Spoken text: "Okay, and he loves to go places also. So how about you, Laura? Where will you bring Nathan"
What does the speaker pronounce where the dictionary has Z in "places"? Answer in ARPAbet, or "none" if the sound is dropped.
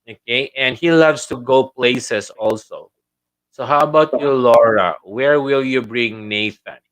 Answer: S